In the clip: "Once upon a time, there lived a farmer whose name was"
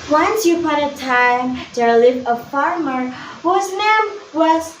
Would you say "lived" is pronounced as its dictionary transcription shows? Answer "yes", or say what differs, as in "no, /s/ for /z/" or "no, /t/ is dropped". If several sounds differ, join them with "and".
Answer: no, /d/ is dropped